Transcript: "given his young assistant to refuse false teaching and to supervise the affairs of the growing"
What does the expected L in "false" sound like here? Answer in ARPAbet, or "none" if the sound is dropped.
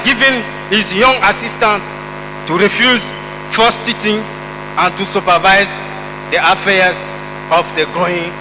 none